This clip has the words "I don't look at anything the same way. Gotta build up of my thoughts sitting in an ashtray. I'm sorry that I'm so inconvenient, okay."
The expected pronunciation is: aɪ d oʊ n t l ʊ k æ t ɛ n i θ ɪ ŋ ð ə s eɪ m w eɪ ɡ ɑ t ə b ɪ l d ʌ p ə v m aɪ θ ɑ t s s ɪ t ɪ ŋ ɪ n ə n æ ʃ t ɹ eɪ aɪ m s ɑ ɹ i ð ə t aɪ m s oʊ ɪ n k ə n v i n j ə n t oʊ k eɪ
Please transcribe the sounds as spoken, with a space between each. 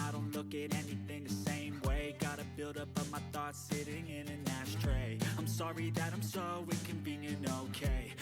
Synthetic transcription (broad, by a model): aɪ d oʊ n t l ʊ k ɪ t ɛ n i θ ɪ ŋ ð ə s eɪ m w eɪ ɡ ɑ t ə b ɪ l d ʌ p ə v m aɪ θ ɑ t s s ɪ t ɪ ŋ ɪ n ə n æ ʃ t ɹ eɪ aɪ m s ɑ ɹ i ð ə t aɪ m s oʊ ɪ k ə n b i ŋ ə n oʊ k eɪ